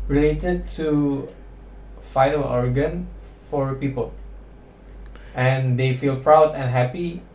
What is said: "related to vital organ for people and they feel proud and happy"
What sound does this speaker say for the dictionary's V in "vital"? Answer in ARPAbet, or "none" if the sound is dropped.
F